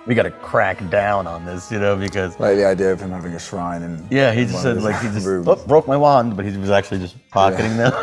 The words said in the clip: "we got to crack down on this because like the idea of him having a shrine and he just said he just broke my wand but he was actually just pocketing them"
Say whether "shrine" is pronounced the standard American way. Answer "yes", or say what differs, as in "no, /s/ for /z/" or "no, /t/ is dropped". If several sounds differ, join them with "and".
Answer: yes